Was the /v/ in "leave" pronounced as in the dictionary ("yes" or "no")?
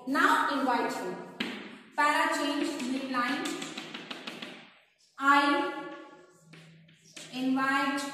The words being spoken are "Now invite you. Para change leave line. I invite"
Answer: no